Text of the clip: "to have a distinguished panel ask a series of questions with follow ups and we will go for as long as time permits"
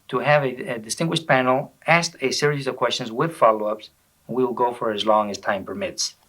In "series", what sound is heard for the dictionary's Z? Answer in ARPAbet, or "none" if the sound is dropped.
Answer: Z